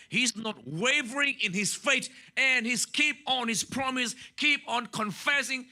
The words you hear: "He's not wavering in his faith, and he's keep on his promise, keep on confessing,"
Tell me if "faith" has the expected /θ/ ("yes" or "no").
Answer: no